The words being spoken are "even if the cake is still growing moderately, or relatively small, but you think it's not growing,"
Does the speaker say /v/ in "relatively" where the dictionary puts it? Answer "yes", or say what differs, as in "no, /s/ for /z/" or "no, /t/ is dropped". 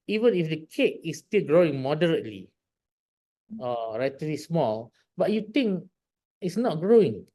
no, /v/ is dropped